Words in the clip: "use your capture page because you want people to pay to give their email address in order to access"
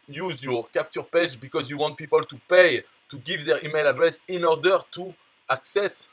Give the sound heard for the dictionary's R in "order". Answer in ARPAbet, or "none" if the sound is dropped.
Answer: R